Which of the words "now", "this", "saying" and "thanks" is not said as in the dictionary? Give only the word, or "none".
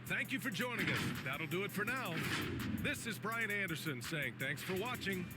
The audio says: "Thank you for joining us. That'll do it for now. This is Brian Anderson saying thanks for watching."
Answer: none